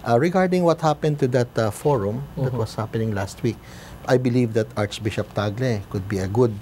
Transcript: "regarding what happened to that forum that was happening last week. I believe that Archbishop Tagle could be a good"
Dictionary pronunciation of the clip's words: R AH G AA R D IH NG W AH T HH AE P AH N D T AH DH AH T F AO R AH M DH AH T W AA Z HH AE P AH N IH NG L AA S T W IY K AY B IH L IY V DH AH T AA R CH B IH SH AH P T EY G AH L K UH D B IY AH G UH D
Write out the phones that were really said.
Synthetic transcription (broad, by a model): R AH G AA R D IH NG W AH T HH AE P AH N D T AH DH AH T F AO R AH M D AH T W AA S HH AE P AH N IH NG L AA S T W IY K AY B IH L IY V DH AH T AA R CH B IH SH AH P T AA G L K UH D B IY AH G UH D